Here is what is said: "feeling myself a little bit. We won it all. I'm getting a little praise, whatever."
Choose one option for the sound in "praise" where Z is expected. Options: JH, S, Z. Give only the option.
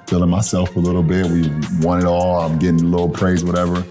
Z